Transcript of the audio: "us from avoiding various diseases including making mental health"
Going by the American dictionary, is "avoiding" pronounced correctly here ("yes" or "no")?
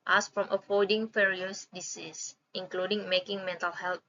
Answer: no